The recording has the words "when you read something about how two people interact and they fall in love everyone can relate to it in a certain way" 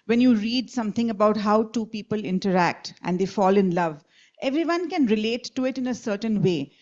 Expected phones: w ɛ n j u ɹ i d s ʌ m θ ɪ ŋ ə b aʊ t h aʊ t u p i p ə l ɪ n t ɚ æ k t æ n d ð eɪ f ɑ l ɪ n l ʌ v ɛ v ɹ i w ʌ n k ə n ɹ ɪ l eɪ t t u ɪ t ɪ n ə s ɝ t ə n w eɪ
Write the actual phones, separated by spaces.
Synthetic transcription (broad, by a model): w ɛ n j u ɹ i d s ʌ m t ɪ ŋ ə b aʊ t h aʊ t u p i p ə l ɪ n t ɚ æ k t æ n d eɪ f ɑ l ɪ n l ʌ v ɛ v ɹ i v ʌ n k ə n ɹ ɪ l eɪ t t u ɪ t ɪ n ə s ɝ t ə n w eɪ